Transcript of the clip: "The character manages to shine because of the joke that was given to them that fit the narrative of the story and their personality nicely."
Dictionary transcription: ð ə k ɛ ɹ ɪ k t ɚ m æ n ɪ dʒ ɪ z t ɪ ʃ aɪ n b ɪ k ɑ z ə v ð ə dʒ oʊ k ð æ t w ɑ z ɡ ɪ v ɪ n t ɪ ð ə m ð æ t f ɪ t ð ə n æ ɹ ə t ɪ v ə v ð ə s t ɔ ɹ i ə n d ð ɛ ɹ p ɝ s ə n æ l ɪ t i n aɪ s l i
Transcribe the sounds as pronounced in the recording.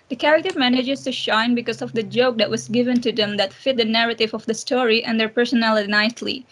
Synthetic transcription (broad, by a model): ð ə k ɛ ɹ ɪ k t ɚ m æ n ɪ dʒ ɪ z t ɪ ʃ aɪ n b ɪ k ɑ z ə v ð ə dʒ oʊ k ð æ t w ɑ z ɡ ɪ v ɪ n t ɪ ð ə m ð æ t f ɪ t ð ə n æ ɹ ə t ɪ v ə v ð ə s t ɔ ɹ i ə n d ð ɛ ɹ p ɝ s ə n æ l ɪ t n aɪ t l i